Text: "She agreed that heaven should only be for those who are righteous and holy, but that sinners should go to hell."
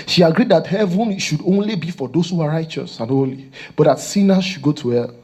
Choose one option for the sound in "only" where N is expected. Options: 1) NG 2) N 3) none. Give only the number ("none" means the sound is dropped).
2